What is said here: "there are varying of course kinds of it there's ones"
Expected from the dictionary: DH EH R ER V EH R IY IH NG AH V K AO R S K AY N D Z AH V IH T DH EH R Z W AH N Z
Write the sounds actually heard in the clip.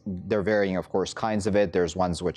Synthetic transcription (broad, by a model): DH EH R V EH R IY IH NG AH V K AO R S K AY N D Z AH V IH T DH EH R Z W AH N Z